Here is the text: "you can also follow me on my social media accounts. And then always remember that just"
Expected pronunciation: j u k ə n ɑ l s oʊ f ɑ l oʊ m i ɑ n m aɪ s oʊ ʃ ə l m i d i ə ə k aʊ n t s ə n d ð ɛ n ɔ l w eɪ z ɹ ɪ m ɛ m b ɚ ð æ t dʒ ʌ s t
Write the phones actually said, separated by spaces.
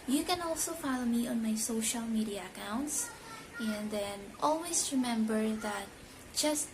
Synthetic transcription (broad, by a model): j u k ə n ɑ l s oʊ f ɑ l oʊ m i ɑ n m aɪ s oʊ ʃ ə l m i d i ə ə k aʊ n t s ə n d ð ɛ n ɔ l w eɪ s ɹ ɪ m ɛ m b ɚ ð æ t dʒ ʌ s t